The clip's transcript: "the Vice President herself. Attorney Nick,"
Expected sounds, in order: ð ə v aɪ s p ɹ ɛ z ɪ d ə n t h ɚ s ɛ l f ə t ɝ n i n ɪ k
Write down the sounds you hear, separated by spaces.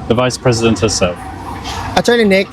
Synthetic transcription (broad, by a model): ð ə v aɪ s p ɹ ɛ z ɪ d ə n t h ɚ s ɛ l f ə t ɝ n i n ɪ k